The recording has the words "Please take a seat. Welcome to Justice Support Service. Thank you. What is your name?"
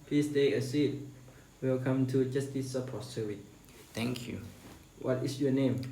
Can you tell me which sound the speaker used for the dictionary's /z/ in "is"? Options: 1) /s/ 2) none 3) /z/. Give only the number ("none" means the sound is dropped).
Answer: 1